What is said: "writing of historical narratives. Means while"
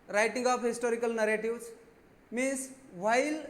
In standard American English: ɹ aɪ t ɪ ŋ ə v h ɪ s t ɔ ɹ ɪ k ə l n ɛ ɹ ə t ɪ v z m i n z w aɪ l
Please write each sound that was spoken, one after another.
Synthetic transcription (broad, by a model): ɹ aɪ t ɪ ŋ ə p h ɪ s t ɔ ɹ ɪ k ə l n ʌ ɹ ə t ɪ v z m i n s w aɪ l